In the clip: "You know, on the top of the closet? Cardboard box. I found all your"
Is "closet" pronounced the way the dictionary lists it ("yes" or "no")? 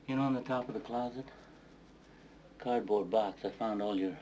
yes